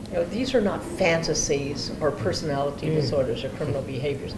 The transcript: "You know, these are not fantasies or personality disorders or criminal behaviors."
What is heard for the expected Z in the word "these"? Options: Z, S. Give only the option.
Z